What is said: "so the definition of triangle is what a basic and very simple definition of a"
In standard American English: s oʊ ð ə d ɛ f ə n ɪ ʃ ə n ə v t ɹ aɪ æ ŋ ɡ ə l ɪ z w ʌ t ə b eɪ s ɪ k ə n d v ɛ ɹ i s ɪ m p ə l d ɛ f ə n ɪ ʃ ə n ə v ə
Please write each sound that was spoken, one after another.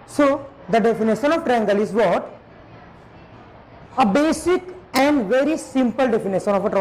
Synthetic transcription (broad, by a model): s oʊ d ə d ɛ f ə n ɪ ʃ ə n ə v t ɹ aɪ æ ŋ ɡ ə l ɪ z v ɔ t ə b eɪ s ɪ k ə n d v ɛ ɹ i s ɪ m p ə l d ɛ f ə n ɪ ʃ ə n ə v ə